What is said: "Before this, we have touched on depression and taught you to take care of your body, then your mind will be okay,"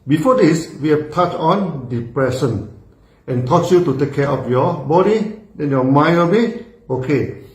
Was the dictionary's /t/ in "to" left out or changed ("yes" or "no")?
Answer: no